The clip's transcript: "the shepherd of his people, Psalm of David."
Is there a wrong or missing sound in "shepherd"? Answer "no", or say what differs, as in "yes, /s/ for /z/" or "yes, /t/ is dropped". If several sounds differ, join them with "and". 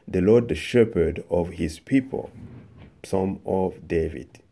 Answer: no